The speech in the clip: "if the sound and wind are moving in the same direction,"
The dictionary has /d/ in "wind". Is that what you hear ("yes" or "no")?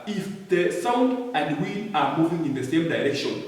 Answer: no